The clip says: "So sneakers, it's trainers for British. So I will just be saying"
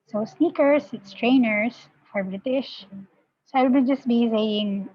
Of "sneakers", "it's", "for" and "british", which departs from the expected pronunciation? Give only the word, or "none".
sneakers